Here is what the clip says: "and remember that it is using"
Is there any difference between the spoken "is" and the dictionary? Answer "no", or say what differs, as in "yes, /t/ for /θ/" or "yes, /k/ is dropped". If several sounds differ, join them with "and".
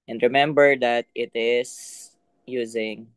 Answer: yes, /s/ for /z/